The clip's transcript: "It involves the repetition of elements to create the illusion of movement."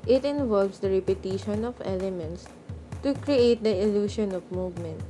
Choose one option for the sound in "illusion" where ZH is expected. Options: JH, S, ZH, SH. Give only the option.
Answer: SH